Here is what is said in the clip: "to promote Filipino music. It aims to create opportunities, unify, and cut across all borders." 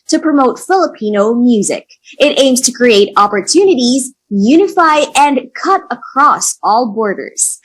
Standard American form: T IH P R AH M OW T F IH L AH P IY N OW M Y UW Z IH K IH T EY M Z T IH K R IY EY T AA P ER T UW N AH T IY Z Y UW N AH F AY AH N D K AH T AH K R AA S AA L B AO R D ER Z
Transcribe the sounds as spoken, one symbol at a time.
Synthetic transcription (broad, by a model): T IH P R AH M OW T F IH L AH P IY N OW M Y UW Z IH K IH T EY M Z T IH K R IY EY T AA P ER T UW N AH T IY Z Y UW N AH F AY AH N K AH T AH K R AA S AA L B AO R D ER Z